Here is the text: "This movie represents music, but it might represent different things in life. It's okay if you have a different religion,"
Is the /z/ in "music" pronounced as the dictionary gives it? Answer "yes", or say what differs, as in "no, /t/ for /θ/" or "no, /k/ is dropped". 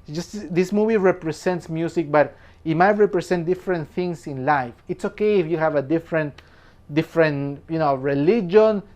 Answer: no, /s/ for /z/